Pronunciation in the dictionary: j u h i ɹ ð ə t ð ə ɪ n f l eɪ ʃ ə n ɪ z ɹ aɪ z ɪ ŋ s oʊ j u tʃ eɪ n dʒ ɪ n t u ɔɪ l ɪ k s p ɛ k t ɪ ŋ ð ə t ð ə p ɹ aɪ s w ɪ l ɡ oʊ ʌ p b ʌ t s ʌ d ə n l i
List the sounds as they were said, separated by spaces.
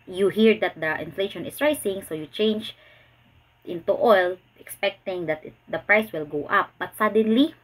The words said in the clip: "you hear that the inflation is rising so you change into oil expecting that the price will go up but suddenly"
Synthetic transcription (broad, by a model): j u h i ɹ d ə t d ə ɪ n f l eɪ ʃ ə n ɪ s ɹ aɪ s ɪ ŋ s oʊ j u tʃ eɪ n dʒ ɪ n t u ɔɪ l ɪ k s p ɛ k t ɪ ŋ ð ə t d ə p ɹ aɪ s w ɪ l ɡ oʊ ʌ p b ʌ t s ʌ d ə n l i